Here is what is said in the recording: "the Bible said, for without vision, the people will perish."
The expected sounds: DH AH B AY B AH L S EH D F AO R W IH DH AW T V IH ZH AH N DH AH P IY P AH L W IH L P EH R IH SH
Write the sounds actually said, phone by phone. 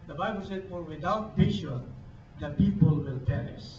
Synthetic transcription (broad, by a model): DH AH B AY B AH L S EH D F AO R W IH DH AW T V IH SH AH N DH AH P IY P AH L W IH L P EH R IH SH